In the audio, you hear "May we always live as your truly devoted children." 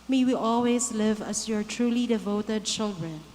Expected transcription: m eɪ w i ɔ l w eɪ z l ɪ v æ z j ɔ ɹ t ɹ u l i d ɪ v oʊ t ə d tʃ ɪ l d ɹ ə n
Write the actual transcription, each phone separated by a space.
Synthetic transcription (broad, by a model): m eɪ w i ɔ l w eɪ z l ɪ v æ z j ɔ ɹ t ɹ u l i d ɪ v oʊ t ə d tʃ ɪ l d ɹ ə n